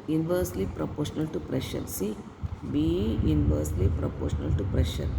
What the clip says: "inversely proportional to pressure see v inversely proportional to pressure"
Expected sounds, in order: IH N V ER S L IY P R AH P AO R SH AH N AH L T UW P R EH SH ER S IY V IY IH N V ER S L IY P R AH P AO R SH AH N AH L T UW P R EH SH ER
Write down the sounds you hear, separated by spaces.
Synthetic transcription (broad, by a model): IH N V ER S L IY P R AH P AO R SH AH N AH L T UW P R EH SH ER S IY B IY IH N V ER S L IY P R AH P AO R SH AH N AH L T UW P R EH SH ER